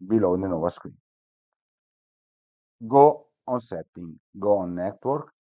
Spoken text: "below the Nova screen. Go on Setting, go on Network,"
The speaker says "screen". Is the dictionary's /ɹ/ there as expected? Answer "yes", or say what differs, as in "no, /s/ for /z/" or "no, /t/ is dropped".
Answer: no, /w/ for /ɹ/